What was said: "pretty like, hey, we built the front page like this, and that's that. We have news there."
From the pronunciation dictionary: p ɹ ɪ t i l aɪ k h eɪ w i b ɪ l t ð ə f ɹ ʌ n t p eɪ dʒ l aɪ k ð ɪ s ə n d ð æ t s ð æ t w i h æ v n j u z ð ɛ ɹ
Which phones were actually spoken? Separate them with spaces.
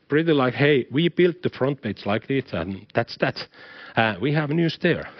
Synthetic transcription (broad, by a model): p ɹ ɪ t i l aɪ k h eɪ w i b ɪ l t ð ə f ɹ ʌ n t b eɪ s l aɪ k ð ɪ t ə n ð æ t s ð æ t w i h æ v n j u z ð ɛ ɹ